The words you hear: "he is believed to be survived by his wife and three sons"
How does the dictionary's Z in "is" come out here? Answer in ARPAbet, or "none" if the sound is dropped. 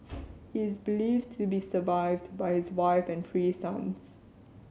Z